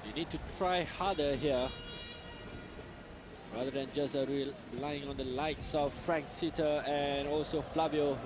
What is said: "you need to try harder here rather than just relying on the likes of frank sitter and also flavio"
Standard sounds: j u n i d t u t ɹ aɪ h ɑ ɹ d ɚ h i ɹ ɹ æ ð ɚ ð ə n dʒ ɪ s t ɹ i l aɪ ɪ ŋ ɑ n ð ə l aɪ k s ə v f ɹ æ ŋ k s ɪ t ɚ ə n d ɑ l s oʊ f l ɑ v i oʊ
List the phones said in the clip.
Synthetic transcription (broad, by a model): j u n i d t u t ɹ aɪ h ɑ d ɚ h i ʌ ɹ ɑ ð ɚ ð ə n dʒ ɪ s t ɹ i l aɪ ɪ ŋ ɑ n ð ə l aɪ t s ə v f ɹ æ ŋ k s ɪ t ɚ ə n ɑ l s oʊ f l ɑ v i oʊ